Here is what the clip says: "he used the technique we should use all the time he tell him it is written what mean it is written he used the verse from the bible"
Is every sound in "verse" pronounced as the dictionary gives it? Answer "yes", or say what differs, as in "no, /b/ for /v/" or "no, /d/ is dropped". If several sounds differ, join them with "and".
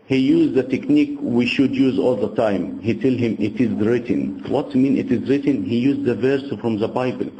yes